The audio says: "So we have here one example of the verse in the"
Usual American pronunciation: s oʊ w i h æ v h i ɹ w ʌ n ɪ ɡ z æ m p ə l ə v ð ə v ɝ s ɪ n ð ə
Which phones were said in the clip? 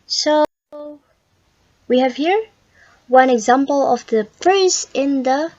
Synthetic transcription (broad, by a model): s oʊ w i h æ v h i ɹ w ʌ n ɪ ɡ z æ m p ə l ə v ð ə p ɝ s ɪ n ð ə